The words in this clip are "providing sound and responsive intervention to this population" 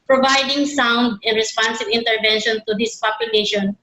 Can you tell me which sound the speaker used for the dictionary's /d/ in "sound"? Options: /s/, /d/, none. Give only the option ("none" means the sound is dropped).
/d/